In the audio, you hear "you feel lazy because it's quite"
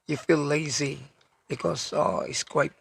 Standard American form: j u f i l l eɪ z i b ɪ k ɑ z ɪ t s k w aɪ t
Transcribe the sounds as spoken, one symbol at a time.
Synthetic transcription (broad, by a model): j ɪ f i l l eɪ z i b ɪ k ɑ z ɪ t s k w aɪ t